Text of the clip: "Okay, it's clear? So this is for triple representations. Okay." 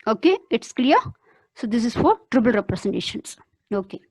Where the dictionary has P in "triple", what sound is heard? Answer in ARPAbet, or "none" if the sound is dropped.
B